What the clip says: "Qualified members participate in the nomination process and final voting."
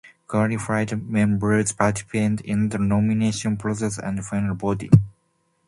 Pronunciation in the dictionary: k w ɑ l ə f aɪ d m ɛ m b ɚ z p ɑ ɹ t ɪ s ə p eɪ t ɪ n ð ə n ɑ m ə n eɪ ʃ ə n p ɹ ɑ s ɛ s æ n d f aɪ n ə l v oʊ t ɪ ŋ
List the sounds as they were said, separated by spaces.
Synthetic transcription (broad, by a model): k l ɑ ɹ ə f aɪ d m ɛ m b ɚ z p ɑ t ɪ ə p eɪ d ɪ n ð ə n ɑ m ə n eɪ ʃ ə n p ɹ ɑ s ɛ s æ n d f aɪ n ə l b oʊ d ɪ